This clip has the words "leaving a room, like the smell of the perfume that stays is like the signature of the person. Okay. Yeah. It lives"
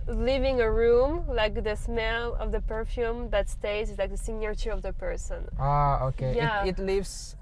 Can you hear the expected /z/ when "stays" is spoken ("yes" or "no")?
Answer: no